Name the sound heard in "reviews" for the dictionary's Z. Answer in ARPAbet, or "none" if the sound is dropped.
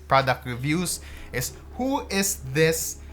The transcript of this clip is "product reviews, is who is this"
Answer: S